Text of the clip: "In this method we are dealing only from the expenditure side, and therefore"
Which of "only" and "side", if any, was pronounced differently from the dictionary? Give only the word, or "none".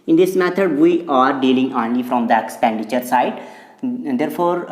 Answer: none